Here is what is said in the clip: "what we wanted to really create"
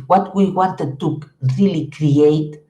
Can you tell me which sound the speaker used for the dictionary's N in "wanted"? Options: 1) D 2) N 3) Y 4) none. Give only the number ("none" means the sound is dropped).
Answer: 2